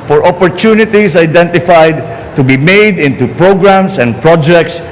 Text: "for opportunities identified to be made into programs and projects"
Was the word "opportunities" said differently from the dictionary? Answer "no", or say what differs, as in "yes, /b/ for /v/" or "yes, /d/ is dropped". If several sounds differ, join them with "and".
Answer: yes, /s/ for /z/